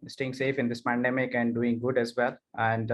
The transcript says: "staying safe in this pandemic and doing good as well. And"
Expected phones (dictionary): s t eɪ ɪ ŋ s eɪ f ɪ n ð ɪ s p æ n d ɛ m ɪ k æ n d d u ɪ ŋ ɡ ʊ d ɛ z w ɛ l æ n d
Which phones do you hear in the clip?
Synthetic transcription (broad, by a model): s t eɪ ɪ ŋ s eɪ f ɪ n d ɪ s p æ n d ɛ m ɪ k æ n d d u ɪ ŋ ɡ ʊ d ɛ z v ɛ l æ n d